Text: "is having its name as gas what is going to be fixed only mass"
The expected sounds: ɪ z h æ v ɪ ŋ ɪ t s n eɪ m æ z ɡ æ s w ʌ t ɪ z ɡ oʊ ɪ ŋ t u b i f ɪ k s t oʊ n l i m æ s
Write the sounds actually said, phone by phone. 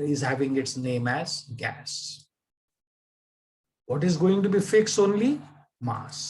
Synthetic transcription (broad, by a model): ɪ z h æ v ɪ ŋ ɪ t s n eɪ m æ z ɡ æ s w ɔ t ɪ z ɡ oʊ ɪ ŋ t u b i f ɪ k s oʊ n l i m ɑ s